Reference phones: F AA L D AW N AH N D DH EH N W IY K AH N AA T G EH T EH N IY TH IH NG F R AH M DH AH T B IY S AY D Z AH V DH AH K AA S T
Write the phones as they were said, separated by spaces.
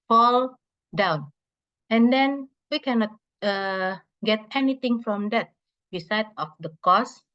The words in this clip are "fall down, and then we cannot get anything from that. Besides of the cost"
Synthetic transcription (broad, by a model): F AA L D AW N AH N D EH N W IY K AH N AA T G EH T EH N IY T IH NG F R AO M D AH T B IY S AY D AH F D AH K AA S